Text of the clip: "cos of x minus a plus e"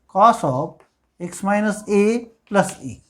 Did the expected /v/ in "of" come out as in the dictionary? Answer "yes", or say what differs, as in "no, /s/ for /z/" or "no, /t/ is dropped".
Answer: no, /p/ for /v/